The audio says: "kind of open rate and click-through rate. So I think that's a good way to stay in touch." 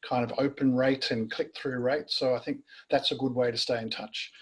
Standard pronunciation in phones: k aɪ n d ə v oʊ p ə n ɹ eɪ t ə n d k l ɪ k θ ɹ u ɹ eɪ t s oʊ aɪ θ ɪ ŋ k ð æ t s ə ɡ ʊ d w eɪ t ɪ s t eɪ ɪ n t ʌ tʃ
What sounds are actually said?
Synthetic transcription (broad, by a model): k aɪ n d ə v oʊ p ə n ɹ eɪ t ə n k l ɪ k θ ɹ u ɹ eɪ t s oʊ aɪ θ ɪ ŋ k ð æ t s ə ɡ ʊ d w eɪ t ɪ s t eɪ ɪ n t ʌ tʃ